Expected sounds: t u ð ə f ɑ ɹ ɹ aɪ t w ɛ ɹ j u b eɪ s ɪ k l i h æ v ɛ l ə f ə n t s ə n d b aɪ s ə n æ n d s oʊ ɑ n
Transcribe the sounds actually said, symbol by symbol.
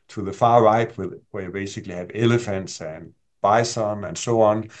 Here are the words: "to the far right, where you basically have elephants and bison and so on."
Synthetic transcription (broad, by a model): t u ð ə f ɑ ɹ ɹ aɪ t w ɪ w j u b eɪ s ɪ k l i h æ v ɛ l ə f ə n t s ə n b aɪ s ə n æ n s oʊ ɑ n